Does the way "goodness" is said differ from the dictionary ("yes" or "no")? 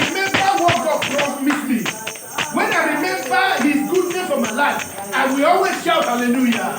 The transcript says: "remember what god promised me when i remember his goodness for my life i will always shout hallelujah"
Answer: yes